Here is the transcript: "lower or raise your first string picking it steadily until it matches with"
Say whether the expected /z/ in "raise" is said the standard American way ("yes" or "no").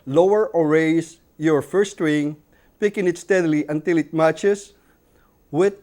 no